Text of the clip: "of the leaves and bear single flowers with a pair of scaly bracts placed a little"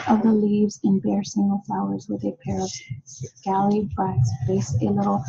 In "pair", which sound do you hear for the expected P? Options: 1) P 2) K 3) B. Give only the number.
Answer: 1